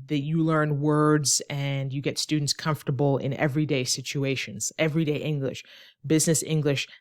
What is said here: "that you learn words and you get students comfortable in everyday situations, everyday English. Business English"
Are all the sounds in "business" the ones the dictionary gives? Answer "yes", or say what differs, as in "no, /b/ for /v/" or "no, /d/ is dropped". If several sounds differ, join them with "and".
yes